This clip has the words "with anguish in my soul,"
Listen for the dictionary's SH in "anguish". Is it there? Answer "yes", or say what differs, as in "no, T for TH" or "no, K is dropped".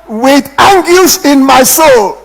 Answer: no, S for SH